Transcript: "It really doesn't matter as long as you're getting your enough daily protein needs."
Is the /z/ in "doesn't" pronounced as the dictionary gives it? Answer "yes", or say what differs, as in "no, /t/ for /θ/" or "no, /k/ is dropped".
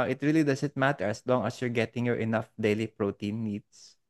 no, /s/ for /z/